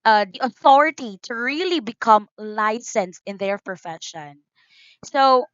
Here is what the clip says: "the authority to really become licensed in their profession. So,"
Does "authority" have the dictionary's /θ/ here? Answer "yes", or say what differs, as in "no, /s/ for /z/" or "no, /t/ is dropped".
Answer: yes